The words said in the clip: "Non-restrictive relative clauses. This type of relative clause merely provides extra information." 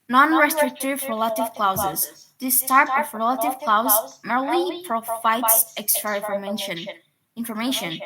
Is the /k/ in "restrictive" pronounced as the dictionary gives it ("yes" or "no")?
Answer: yes